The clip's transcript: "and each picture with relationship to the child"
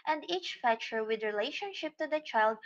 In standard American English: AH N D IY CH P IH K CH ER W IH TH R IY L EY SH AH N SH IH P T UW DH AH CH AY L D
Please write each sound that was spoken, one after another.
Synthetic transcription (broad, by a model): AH N D IY CH F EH CH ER W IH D R IY L EY SH AH N SH IH P T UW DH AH CH AY L D